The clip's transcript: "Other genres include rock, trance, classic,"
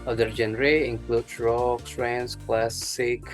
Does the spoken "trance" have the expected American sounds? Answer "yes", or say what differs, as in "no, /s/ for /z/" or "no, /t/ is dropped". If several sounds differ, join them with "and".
no, /s/ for /t/